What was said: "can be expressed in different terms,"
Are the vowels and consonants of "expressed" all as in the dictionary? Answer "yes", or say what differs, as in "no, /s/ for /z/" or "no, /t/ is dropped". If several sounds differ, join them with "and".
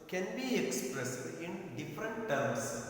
no, /t/ is dropped